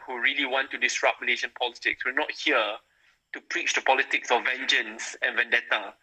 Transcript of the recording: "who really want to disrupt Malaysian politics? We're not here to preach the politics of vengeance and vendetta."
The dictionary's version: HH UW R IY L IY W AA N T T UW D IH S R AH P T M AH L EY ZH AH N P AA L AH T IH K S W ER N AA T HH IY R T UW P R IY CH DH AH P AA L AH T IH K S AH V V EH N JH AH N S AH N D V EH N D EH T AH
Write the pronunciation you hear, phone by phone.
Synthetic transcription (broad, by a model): HH UW R IY L IY W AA N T T UW D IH S R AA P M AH L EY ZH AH N P AA L AH T IH K S W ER N AA T HH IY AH T UW P R IY CH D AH P AA L AH T IH K S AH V V EH N JH AH N S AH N V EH N D EH T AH